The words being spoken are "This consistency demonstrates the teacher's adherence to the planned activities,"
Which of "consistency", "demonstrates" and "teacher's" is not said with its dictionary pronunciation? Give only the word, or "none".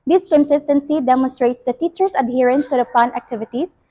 teacher's